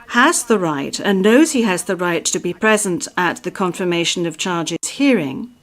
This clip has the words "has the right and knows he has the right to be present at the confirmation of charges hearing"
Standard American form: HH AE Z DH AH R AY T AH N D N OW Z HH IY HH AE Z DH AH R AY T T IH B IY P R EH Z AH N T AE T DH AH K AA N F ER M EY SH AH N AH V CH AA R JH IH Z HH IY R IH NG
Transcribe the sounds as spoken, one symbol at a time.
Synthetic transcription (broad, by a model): HH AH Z DH AH R AY T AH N N OW Z HH IY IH Z DH AH R AY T T IH B IY P R EH Z AH N T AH T DH AH K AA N F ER M EY SH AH N AH V CH AA R JH IH Z HH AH R IH NG